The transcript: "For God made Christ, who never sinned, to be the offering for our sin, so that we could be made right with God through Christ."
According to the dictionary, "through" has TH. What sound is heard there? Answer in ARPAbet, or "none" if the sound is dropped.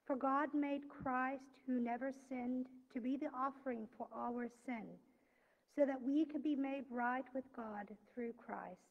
TH